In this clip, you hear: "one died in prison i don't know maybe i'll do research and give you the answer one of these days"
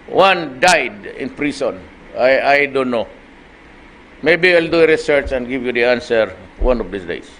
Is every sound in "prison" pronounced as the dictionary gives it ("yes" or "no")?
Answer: no